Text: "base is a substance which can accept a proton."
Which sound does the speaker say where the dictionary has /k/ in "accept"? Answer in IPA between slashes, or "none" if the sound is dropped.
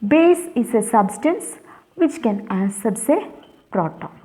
none